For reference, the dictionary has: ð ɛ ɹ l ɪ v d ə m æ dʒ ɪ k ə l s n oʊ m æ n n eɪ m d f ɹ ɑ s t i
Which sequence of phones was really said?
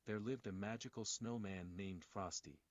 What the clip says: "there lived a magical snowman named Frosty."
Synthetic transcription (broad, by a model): ð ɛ ɹ l ɪ v d ə m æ dʒ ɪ k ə l s n oʊ m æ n n eɪ m d f ɹ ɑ s t i